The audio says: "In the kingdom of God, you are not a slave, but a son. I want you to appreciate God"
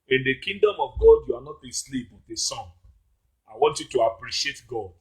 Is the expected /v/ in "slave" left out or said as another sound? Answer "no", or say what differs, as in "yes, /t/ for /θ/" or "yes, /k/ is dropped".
yes, /p/ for /v/